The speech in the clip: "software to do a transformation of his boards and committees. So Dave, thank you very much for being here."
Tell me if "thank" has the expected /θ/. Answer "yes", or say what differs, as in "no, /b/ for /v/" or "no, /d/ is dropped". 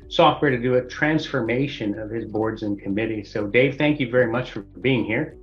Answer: yes